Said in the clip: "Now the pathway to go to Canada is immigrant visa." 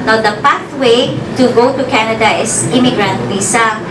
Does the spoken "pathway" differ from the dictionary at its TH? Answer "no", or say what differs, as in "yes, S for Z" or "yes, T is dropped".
yes, T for TH